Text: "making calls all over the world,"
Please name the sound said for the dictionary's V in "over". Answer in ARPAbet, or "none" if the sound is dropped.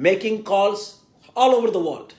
V